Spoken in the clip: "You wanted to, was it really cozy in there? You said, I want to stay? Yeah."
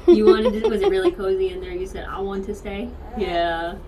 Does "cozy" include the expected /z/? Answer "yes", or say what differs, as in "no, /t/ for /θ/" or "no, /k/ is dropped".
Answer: yes